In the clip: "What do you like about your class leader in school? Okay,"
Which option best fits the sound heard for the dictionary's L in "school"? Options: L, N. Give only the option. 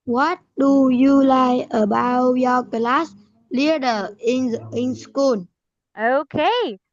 N